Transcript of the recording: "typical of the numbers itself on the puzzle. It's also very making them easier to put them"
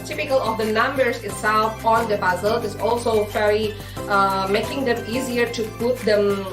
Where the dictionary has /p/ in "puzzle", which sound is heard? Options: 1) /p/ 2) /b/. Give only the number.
2